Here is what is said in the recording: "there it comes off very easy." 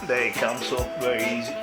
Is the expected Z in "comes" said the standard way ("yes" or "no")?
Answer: no